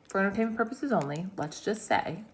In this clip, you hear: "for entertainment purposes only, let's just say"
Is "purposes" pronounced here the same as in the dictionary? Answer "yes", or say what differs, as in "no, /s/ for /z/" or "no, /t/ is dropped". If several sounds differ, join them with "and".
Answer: yes